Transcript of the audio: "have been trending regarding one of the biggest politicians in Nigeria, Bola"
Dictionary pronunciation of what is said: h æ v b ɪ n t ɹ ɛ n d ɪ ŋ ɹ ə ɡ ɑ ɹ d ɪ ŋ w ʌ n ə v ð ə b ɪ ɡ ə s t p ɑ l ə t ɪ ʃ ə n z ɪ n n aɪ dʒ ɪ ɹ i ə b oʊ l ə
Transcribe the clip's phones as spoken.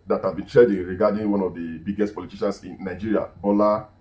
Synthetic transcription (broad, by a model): h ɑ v b ɪ n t ɹ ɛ d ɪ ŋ ɹ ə ɡ ɑ d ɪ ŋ w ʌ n ə v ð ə b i ɡ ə s t p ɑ l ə t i ʃ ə n s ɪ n n aɪ dʒ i ɹ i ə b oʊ l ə